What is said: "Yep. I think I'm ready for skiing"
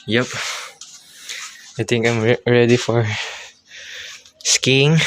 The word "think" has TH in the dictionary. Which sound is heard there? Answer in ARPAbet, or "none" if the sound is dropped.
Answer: T